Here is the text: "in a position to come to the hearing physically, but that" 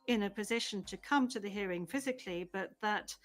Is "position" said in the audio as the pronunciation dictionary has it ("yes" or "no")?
yes